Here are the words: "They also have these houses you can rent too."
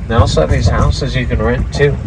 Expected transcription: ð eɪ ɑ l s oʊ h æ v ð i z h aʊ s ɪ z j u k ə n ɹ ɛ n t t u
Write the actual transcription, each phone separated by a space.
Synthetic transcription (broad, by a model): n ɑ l s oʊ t ð i z h aʊ s ɪ z j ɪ k ə n ɹ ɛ n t t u